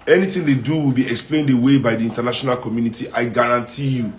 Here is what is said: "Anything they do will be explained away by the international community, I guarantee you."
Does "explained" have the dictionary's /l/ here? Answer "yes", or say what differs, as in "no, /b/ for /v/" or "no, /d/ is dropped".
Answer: yes